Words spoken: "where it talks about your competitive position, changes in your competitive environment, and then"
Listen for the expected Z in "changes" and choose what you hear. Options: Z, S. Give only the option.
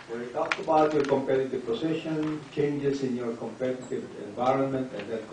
S